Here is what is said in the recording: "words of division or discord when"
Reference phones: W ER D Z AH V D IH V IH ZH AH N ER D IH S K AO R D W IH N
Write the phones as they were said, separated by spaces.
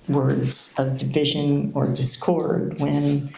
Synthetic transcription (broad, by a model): W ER D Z AH V D IH V IH ZH AH N ER D IH S K AO R D W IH N